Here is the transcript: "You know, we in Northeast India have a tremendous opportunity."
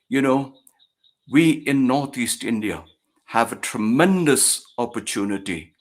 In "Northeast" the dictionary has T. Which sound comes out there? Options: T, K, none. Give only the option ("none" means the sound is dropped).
T